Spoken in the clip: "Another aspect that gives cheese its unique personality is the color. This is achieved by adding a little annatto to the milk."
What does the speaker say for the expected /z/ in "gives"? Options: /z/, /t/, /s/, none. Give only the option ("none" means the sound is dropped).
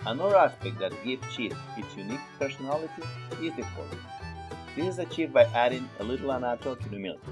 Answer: none